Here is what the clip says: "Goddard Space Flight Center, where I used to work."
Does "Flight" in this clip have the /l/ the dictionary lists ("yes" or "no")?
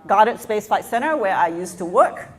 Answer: no